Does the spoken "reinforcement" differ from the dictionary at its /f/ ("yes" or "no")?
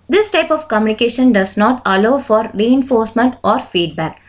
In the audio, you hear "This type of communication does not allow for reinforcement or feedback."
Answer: no